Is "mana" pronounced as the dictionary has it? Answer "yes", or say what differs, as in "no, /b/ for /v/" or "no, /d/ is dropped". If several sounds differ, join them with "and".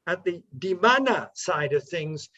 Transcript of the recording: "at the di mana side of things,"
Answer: yes